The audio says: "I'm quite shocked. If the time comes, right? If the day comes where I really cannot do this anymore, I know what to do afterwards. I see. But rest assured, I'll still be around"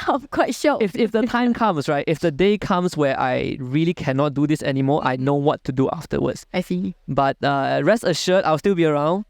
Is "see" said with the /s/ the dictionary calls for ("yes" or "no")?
no